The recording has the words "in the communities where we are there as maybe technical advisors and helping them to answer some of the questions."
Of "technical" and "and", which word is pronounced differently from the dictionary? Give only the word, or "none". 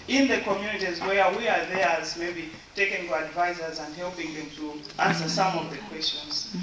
technical